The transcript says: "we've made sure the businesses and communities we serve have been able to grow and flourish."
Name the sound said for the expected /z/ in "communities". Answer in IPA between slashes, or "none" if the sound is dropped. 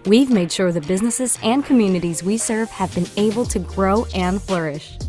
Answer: /z/